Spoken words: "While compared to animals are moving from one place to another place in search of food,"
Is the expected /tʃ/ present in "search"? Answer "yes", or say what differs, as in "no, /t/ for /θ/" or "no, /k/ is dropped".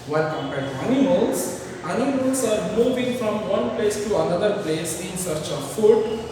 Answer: yes